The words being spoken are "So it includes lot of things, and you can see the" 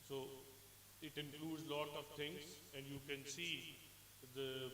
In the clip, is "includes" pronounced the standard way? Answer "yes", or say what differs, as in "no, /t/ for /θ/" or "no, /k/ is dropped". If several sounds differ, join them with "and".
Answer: yes